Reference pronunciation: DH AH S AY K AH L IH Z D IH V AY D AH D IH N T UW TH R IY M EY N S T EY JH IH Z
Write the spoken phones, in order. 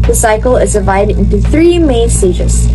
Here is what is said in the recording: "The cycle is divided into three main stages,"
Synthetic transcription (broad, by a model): DH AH S AY K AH L IH Z D IH V AY D AH D IH N T UW TH R IY M EY N S T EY JH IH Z